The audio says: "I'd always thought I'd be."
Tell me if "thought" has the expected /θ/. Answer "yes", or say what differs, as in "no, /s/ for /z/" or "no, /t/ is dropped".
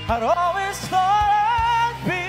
no, /s/ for /θ/